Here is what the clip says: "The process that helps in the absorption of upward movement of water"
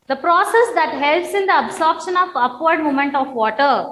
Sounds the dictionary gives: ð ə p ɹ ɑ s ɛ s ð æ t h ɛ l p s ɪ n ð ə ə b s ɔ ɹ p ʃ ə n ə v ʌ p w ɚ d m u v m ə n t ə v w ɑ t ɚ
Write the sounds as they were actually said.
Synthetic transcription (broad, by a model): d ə p ɹ ɑ s ɛ s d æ t h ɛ l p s ɪ n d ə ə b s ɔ ɹ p ʃ ə n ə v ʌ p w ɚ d m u m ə n t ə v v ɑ t ɚ